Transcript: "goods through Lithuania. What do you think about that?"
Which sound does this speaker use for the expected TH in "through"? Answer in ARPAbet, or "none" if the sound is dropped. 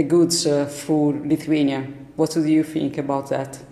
F